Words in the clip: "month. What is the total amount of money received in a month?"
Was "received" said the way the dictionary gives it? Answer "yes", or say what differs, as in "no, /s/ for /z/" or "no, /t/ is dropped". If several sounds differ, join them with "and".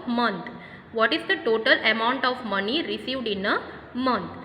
yes